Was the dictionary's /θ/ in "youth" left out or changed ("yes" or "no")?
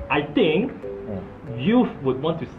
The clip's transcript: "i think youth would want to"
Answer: yes